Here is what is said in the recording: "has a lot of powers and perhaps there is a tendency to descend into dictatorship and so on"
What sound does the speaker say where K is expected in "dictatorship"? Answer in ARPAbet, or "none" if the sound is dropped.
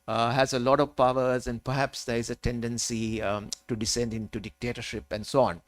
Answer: K